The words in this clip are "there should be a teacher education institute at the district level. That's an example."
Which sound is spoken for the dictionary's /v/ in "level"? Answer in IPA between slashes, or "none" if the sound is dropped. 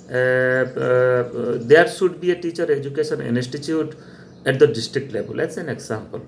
/b/